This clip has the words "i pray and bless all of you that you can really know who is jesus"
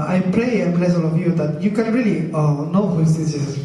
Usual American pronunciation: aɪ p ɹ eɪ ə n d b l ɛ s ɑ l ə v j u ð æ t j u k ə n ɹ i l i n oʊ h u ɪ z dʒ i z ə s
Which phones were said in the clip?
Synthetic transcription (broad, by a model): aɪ p l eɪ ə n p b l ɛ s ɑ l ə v j u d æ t j u k ə n ɹ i l i n oʊ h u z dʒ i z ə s